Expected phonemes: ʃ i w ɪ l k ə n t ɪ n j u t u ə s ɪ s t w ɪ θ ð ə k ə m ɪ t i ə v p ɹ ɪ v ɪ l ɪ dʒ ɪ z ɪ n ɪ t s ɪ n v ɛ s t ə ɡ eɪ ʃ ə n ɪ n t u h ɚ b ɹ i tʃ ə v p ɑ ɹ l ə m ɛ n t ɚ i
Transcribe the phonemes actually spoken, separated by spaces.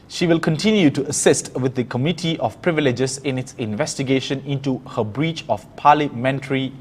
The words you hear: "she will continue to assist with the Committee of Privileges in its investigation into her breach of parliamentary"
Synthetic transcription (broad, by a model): ʃ i w ɪ l k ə n t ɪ n j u t u ə s ɪ s t w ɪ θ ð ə k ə m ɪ t i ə f p ɹ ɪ v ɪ l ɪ dʒ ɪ s ɪ n ɪ t s ɪ n v ɛ s t ə ɡ eɪ ʃ ə n ɪ n t u h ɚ b ɹ i tʃ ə f p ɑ l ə m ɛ n t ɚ i